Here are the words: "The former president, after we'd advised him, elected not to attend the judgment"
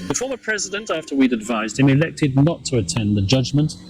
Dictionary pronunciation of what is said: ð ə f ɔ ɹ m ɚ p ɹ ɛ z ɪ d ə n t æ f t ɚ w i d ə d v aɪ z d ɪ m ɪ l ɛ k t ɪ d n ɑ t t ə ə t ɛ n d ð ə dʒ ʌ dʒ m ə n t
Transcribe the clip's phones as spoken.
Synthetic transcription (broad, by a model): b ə f ɔ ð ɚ p ɹ ɛ z ɪ d ə n t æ f t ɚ w i d ə d v aɪ z d ɪ m ɪ l ɛ k t ɪ d n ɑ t t ə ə t ɛ n ð ə dʒ ʌ dʒ m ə n t